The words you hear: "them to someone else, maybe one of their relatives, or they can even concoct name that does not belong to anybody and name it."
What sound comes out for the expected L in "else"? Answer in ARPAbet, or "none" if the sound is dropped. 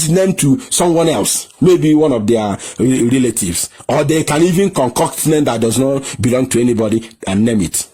L